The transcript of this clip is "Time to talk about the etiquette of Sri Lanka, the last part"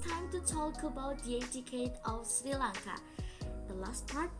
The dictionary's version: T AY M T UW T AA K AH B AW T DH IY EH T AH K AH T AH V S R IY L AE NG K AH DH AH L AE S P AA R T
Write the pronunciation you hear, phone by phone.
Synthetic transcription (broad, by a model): T AY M T UW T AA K AH B AW T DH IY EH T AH K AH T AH F S R IY L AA NG K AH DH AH L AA S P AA R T